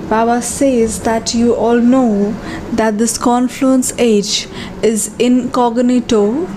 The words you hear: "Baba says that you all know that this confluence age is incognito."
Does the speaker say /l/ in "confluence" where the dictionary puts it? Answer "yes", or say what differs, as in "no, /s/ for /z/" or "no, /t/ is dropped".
yes